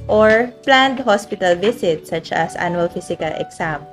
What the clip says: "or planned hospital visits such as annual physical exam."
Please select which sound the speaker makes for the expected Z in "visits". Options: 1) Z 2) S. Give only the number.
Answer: 2